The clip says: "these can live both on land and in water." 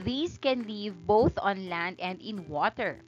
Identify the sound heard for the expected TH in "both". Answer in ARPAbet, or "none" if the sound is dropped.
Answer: TH